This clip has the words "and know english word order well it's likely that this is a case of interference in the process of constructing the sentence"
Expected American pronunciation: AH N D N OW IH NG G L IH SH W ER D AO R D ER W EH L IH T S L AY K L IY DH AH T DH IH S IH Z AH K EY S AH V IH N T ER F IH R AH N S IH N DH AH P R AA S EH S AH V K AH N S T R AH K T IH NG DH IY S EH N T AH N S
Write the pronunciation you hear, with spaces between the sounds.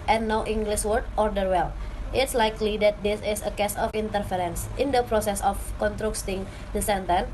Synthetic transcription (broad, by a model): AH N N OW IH NG G L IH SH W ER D AO R D ER W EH L IH T S L AY K L IY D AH T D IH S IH S AH K EY S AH F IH N T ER F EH R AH N S IH N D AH P R AA S EH S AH F K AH N T R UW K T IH NG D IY S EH N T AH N